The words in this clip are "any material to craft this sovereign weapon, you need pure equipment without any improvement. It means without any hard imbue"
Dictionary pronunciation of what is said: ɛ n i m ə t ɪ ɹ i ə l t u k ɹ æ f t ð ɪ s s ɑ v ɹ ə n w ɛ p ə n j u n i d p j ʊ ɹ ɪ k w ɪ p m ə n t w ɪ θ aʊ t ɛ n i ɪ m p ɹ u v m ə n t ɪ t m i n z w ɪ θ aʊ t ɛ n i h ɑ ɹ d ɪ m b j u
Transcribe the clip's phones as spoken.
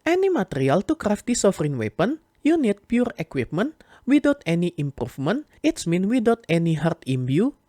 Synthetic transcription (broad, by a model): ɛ n i m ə t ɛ ɹ i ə l t u k ɹ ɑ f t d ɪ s s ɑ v ɹ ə n w ɛ p ə n j u n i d p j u ɹ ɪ k w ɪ p m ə n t w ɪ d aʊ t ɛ n i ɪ m p ɹ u f m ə n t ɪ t m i n w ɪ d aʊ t ɛ n i h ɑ ɹ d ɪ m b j u